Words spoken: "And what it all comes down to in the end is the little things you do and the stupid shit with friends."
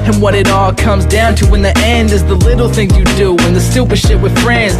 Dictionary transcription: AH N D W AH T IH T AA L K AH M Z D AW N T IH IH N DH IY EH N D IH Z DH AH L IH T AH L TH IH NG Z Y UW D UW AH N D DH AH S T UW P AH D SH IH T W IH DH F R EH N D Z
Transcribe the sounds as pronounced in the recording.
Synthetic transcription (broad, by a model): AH N W AH T IH T AA L K AH M Z D AW N T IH IH N DH IY EH N D IH Z DH AH L IH T L TH IH NG Y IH D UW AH N DH AH S T UW P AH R SH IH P W IH DH F R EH N D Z